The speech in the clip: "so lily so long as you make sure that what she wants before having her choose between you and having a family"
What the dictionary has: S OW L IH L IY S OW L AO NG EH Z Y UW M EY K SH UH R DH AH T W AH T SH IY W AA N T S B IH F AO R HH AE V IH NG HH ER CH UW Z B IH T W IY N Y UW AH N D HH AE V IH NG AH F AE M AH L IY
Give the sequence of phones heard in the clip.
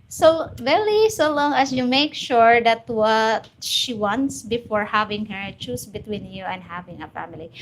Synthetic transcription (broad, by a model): S OW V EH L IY S OW L AO NG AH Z Y UW M EY K SH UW R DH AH T W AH T SH IY W AA N T S B IH F AO R HH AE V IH NG HH ER CH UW S B IH T W IY N Y UW AH N D HH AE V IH NG AH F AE M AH L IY